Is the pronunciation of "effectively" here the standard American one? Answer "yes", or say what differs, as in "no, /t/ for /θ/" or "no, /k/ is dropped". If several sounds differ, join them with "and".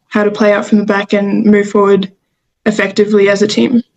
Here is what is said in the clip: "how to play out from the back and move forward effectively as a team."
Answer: yes